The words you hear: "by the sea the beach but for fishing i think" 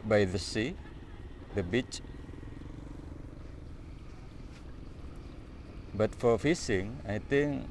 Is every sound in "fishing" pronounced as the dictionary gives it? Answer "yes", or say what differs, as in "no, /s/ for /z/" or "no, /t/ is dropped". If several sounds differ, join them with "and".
no, /s/ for /ʃ/